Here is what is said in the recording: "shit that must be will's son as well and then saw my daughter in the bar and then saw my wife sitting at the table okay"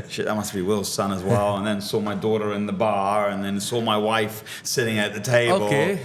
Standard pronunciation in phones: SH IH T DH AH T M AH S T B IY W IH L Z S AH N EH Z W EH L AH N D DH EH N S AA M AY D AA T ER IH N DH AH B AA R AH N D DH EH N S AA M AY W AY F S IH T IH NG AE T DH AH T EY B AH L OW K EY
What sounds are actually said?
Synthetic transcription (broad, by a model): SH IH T DH AH T M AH S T B IY W IH L Z S AH N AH Z W EH L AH N DH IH N S AA M AY D AA T ER IH N DH AH B AA R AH N DH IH N S AA M AY W AY F S IH T IH NG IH T DH AH T EY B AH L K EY